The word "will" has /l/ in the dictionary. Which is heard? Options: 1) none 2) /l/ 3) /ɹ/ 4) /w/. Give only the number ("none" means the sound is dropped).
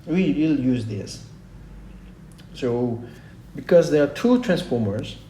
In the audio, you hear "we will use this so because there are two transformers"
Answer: 2